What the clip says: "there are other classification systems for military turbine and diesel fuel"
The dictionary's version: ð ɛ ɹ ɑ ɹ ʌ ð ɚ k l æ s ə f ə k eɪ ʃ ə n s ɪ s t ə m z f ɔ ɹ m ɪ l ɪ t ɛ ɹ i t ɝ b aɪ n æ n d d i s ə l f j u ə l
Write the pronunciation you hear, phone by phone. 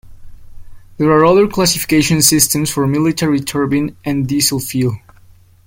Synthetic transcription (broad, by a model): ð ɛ ɹ ɑ ɹ ʌ ð ɚ k l æ s ə f ə k eɪ ʃ ə n s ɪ s t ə m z f ɔ ɹ m ɪ l ɪ t ɛ ɹ i t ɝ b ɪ n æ n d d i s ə l f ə l